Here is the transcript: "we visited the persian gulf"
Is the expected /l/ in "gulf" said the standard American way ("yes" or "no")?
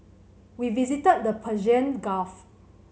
no